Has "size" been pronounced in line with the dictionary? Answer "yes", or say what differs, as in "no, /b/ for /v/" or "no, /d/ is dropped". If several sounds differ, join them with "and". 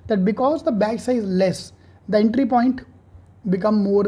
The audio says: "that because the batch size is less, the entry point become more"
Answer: no, /z/ is dropped